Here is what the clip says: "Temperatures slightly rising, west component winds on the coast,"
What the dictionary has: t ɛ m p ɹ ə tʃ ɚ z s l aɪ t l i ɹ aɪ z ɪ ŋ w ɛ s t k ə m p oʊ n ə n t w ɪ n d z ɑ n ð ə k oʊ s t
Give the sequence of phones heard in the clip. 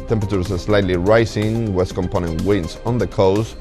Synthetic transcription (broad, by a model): t ɛ m p ɹ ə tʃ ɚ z s l aɪ t l i ɹ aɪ s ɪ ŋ w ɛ s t k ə m p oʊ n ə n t w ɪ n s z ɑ n ð ə k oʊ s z